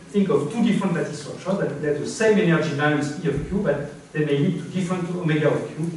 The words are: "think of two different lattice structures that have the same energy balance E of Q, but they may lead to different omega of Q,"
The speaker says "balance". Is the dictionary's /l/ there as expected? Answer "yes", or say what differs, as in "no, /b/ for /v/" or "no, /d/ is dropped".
no, /w/ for /l/